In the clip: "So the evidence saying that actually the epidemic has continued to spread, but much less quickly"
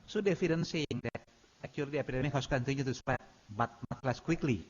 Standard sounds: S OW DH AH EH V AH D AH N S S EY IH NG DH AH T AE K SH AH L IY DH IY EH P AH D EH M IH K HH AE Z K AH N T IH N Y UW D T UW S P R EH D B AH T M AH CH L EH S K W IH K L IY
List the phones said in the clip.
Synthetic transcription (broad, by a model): S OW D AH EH F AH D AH N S S EY IH NG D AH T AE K AH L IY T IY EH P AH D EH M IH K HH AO S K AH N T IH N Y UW T UW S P EH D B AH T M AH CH L EH S K W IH K L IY